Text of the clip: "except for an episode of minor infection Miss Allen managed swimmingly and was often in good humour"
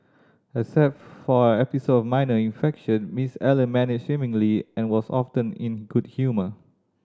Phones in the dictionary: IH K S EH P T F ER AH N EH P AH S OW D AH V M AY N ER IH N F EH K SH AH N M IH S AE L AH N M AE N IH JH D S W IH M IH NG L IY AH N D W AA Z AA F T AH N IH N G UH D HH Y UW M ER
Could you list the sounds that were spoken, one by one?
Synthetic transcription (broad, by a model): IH S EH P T F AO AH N EH P AH S OW D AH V M AY N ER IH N F EH K SH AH N M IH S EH L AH N M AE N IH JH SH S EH M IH NG L IY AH N W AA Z AA F T AH N IH N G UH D HH Y UW M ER